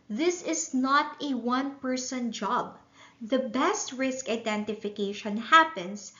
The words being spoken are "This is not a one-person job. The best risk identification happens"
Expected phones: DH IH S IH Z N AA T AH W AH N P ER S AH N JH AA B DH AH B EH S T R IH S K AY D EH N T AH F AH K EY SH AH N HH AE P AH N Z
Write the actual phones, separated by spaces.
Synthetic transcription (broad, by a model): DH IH S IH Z N AA T AH W AH N P ER S AH N JH AA B DH AH B EH S T R IH S K AY D EH N T AH F AH K EY SH AH N HH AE P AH N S